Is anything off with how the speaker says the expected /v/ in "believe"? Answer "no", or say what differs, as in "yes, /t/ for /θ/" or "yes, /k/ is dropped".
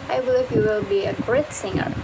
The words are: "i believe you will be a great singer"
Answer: yes, /f/ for /v/